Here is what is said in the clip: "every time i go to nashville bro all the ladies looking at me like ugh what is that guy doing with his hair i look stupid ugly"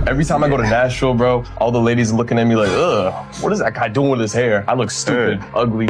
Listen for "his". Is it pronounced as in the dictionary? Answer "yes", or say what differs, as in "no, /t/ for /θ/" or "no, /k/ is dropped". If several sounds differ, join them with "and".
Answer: no, /s/ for /z/